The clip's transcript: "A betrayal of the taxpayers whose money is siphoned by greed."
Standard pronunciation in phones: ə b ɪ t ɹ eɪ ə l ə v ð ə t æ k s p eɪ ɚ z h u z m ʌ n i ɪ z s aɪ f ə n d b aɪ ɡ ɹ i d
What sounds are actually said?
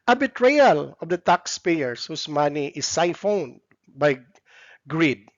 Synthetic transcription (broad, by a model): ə b ɪ t ɹ eɪ ə l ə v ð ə t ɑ k s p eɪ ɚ s h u s m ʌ n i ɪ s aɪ f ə n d b aɪ ɡ ɹ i d